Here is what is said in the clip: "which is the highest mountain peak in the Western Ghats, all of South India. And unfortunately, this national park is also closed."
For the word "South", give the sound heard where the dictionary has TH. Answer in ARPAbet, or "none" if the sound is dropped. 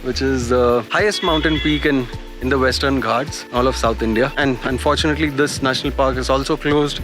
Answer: T